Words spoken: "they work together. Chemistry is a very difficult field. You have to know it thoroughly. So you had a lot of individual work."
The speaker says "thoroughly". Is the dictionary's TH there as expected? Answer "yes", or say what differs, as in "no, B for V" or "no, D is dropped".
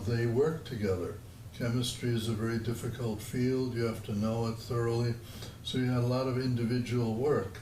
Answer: yes